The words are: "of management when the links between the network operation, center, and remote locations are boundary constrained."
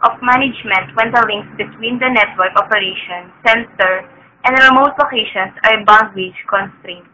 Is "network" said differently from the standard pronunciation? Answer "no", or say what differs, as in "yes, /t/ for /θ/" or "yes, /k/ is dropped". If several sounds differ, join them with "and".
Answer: no